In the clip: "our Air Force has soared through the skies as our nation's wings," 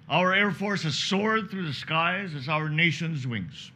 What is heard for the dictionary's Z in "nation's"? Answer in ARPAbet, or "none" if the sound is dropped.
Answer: Z